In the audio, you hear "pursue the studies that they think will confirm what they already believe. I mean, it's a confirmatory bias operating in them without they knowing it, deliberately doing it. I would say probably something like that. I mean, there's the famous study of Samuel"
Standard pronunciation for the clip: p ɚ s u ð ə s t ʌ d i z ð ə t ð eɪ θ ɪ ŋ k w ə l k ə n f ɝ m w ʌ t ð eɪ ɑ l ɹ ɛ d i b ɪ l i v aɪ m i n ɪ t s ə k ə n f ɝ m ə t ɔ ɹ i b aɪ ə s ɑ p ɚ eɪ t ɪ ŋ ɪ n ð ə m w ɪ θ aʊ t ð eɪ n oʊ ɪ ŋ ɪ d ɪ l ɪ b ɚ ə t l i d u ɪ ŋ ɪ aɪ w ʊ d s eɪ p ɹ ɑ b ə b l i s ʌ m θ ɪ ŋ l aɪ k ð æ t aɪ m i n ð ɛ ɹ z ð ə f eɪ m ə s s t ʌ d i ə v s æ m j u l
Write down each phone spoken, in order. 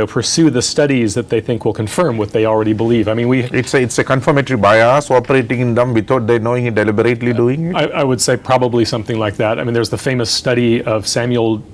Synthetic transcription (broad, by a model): p ɚ s u ð ə s t ʌ d i z ð ə t ð eɪ θ ɪ ŋ k w ə l k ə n f ɝ m w ʌ t ð eɪ ɑ l ɹ ɛ d i b ɪ l i v aɪ m i n ɪ t s ə k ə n f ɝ m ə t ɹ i b aɪ ə s ɑ p ɚ eɪ t ɪ ŋ ɪ n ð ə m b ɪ t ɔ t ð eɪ n oʊ ɪ ŋ ɪ d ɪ l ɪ b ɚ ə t l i d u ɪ ŋ ɪ aɪ w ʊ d s eɪ p ɹ ɑ b ə b l i s ʌ m θ ɪ ŋ l aɪ k ð æ t aɪ m i n ð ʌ ɹ z ð ə f eɪ m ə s s t ʌ d i ə v s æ m j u l